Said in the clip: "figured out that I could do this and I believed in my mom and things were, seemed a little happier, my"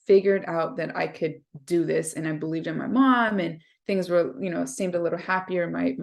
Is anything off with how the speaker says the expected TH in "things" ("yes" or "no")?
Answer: no